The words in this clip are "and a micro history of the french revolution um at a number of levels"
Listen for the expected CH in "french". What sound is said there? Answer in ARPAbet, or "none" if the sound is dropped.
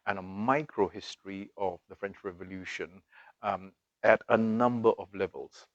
CH